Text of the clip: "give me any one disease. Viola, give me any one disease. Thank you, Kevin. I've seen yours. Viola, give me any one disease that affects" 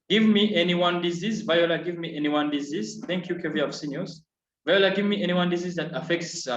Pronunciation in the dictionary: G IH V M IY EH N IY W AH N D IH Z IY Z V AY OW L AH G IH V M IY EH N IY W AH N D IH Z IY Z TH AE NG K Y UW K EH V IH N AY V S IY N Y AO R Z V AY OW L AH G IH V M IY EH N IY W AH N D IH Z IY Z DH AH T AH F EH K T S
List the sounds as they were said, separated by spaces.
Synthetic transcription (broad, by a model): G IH V M IY EH N IY W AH N D IH Z IY Z V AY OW L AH G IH V M IY EH N IY W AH N D IH Z IY Z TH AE NG K Y UW K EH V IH AY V S IY N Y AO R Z V AY OW L AH G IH V M IY EH N IY W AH N D IH Z IY Z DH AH T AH F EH K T S